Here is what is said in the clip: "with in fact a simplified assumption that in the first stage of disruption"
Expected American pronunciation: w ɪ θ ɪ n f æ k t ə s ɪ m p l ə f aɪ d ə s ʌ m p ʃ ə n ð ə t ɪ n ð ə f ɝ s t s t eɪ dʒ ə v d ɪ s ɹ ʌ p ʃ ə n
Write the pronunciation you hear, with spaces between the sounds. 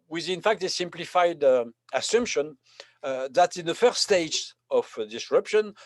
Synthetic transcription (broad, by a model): w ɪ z ɪ n f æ k t ə s ɪ m p l ə f aɪ d ə s ʌ m p ʃ ə n ð ə t ɪ n ð ə f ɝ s s t eɪ dʒ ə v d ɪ s ɹ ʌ p ʃ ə n